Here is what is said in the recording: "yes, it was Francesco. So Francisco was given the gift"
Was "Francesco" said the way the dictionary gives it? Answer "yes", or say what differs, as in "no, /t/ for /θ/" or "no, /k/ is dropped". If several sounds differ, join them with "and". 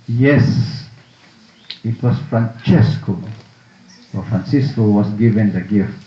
yes